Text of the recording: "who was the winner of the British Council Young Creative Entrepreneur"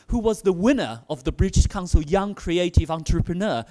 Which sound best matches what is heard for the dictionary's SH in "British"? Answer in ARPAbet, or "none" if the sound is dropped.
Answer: SH